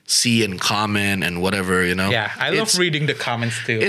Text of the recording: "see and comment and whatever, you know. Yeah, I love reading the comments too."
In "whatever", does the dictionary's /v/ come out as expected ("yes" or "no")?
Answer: yes